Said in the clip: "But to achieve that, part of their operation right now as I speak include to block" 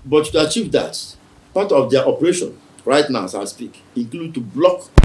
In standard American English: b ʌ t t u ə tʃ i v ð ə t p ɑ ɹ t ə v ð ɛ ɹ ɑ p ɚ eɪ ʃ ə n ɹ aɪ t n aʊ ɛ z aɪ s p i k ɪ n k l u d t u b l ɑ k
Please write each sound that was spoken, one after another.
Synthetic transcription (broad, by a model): b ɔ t t u ə tʃ i v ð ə t p ɑ t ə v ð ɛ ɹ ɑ p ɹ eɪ ʃ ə n ɹ aɪ t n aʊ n s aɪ s p i k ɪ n k l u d t u b l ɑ k